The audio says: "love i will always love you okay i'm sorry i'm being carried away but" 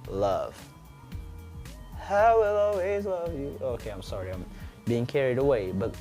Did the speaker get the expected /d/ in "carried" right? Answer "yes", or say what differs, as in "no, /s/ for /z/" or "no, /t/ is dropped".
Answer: yes